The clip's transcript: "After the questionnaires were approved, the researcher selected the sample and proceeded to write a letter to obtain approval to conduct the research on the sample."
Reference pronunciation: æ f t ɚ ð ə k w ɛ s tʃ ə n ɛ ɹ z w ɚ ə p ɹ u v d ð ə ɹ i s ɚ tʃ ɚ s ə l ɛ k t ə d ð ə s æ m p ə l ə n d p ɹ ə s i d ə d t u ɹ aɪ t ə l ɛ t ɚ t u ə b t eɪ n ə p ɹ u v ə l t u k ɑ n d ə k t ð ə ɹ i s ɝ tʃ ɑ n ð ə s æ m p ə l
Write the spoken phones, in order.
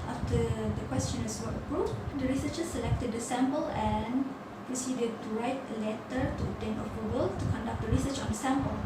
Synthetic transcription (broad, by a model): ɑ f t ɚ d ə k w ɛ s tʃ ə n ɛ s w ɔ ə p ɹ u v d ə ɹ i s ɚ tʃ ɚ s ə l ɛ k t ə d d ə s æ m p ə l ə n p ɹ ə s i d ə d t u ɹ aɪ t ə l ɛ t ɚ t u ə t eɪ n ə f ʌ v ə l t u k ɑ n d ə k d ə ɹ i s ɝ tʃ ɑ n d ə s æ m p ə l